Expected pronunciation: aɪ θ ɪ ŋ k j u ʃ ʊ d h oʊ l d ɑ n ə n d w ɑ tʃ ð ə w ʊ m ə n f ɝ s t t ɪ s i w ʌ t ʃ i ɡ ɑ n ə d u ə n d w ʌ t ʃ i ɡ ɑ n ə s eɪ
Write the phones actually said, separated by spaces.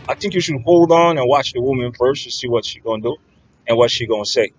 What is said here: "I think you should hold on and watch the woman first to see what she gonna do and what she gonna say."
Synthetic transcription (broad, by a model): aɪ θ ɪ ŋ k j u ʃ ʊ d h oʊ l d ɑ n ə n w ɑ tʃ ð ə w ʊ m ə n f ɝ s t t ɪ s i w ʌ t ʃ i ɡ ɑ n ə d u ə n w ʌ t ʃ i ɡ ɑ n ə s eɪ